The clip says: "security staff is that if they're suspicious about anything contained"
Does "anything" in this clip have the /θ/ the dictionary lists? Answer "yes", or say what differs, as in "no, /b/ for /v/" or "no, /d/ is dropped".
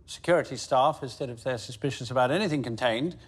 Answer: yes